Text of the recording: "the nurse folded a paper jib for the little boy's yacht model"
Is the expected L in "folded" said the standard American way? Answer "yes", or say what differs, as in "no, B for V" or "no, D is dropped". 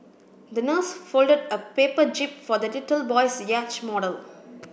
yes